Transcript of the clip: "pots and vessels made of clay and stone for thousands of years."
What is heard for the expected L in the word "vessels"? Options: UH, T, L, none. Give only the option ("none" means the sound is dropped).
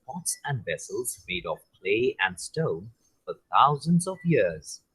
L